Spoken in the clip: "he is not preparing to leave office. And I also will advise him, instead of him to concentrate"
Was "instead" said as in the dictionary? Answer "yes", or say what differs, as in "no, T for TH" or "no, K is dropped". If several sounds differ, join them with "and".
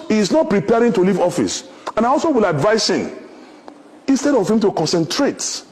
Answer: yes